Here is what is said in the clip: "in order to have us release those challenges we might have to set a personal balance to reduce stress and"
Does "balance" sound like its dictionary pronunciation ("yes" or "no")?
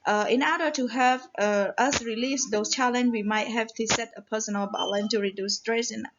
no